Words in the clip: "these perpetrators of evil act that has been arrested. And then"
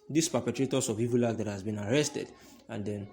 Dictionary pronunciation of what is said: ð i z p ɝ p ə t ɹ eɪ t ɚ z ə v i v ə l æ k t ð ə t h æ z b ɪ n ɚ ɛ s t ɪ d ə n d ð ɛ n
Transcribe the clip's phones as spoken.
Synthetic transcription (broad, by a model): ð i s p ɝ p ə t ɹ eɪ t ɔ s ə v i v ə l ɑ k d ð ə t h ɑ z b ɪ n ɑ ɛ s t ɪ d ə n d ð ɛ n